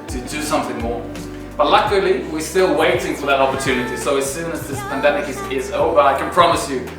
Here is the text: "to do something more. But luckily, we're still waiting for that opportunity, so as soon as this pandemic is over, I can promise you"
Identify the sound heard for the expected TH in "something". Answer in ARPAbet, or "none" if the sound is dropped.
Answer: TH